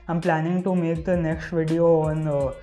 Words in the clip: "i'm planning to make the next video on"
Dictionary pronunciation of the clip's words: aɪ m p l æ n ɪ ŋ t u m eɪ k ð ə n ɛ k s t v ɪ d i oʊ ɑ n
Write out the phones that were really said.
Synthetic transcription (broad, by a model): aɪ m p l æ n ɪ ŋ t u m eɪ k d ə n ɛ k s t v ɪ d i oʊ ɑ n